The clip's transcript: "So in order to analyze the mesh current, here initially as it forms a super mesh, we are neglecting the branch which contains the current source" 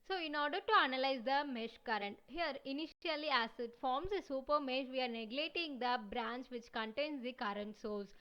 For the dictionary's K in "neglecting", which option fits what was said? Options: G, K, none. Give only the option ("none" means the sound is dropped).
none